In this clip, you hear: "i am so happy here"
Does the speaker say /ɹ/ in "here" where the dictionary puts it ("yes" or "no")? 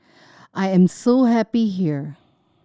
yes